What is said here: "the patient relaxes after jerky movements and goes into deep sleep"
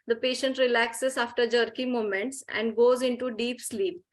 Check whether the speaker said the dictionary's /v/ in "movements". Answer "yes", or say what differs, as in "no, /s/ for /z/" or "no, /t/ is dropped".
no, /v/ is dropped